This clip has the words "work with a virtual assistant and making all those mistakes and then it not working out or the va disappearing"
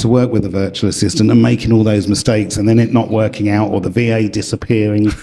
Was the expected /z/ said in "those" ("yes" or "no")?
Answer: yes